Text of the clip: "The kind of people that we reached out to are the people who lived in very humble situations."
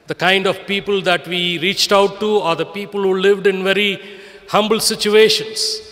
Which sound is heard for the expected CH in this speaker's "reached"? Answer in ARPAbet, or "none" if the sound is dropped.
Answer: CH